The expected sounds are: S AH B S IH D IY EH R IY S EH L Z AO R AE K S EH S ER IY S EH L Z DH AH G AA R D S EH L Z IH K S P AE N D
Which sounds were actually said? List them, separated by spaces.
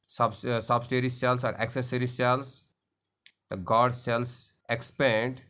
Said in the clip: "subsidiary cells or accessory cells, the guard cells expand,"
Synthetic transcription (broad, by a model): S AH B S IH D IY R IY S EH L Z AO R AE K S EH S ER IY S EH L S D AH G AA R D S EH L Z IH K S P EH N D